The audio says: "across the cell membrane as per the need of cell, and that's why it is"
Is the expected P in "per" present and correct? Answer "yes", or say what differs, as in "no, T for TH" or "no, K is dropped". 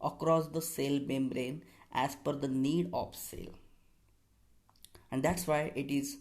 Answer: no, F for P